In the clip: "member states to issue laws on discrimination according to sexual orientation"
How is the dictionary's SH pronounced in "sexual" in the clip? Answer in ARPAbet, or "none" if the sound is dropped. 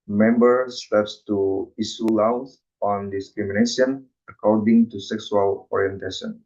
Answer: S